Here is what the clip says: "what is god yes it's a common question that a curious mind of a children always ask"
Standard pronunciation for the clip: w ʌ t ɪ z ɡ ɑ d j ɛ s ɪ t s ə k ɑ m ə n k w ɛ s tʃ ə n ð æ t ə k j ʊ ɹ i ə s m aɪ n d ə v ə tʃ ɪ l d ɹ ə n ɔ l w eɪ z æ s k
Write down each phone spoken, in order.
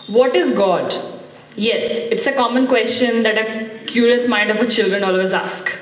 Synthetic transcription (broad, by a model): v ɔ t ɪ z ɡ ɑ d j ɛ s ɪ t s ə k ɑ m ə n k w ɛ s tʃ ə n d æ t ə k j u ɹ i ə s m aɪ n d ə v ə tʃ ɪ l d ɹ ə n ɔ l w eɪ z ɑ s k